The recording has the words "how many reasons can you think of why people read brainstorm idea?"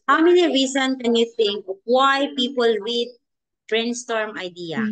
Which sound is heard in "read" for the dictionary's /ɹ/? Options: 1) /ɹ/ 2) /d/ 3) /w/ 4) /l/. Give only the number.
3